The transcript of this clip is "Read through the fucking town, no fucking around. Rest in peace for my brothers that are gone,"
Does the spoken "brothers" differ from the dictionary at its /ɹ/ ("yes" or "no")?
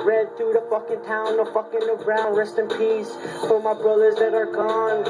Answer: no